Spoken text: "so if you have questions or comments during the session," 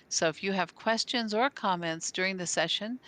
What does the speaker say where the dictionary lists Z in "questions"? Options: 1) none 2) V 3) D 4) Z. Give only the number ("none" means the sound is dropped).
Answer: 4